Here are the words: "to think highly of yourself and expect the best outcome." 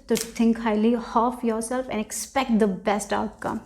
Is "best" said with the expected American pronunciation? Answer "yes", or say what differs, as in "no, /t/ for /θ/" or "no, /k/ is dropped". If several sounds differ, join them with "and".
yes